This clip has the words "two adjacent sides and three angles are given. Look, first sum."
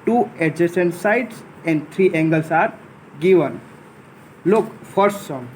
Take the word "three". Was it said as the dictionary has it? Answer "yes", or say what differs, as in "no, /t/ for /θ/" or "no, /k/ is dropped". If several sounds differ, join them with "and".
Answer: no, /t/ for /θ/